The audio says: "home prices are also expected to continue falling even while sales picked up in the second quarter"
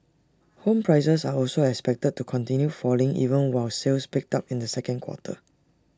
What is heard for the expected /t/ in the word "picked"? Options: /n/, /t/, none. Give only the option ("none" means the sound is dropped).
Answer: /t/